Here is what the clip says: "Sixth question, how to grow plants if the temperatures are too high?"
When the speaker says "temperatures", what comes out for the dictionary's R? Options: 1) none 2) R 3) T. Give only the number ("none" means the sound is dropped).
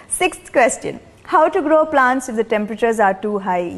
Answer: 2